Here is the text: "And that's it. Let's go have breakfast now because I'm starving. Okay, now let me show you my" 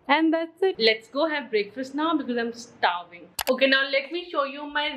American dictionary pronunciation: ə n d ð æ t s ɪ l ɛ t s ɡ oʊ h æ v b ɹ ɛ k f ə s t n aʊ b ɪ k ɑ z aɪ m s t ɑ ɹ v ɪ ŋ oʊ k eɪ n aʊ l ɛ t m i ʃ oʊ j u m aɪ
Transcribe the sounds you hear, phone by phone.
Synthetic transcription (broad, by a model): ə n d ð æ t s ɪ l ɛ t s ɡ oʊ h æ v b ɹ ɛ k f ə s t n aʊ b ɪ k ɑ z aɪ m s t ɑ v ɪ ŋ oʊ k eɪ n aʊ l ɛ t m i ʃ oʊ j u m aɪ